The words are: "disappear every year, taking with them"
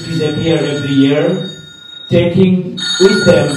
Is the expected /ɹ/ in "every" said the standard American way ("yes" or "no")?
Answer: no